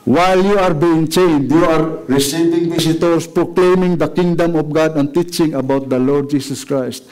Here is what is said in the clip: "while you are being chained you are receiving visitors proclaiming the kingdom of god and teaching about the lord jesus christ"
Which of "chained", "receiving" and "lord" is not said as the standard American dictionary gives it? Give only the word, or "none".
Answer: none